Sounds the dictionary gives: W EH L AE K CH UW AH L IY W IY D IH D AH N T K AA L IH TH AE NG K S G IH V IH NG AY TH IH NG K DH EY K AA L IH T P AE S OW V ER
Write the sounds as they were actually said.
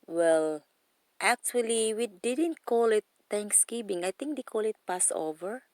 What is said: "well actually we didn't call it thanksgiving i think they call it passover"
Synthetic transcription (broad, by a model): W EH L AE K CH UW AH L IY W IY D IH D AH N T K AA L IH T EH NG K S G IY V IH NG AY T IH NG K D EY K AA L IH T P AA S OW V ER